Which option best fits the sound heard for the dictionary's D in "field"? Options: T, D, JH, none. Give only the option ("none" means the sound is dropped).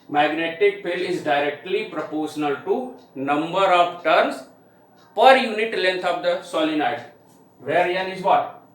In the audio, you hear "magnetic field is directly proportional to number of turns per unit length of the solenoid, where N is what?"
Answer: none